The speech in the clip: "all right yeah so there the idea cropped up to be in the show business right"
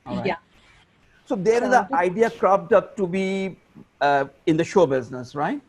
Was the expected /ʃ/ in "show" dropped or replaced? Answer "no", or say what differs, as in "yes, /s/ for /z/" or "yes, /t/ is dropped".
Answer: no